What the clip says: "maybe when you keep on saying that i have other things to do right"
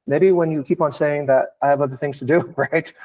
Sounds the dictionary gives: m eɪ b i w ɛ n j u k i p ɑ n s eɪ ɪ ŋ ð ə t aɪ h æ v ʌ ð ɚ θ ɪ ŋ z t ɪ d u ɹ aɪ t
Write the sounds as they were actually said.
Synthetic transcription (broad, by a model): m eɪ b i w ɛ n j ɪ k i p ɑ n s eɪ ɪ ŋ ð ə t aɪ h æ v ʌ ð ɚ θ ɪ ŋ z t ɪ d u ɹ aɪ t